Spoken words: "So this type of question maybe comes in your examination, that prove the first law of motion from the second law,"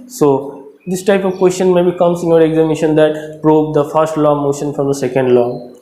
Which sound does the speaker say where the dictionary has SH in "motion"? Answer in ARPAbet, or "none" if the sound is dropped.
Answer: SH